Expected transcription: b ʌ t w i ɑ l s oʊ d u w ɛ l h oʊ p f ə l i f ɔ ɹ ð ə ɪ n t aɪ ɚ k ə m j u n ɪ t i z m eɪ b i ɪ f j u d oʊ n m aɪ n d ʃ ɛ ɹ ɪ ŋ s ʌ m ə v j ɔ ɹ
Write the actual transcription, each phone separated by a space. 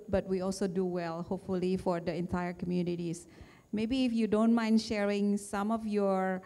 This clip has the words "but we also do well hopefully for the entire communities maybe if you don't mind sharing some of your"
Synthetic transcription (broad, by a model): b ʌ t w i ɑ l s oʊ d u w ɛ l h oʊ p f ə l i f ɔ ɹ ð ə ɪ n t aɪ ɚ k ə m j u n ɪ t i s m eɪ b i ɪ f j u d oʊ n m aɪ n d ʃ ɛ ɹ ɪ ŋ s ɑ m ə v j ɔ ɹ